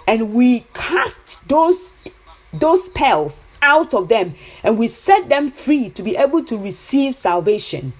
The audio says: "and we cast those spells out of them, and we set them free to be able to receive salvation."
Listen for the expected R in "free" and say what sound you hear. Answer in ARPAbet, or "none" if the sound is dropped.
R